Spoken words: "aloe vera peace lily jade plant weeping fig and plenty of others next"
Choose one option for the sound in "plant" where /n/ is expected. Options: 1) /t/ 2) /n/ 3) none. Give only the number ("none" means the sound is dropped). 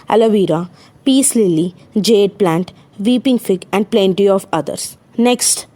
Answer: 2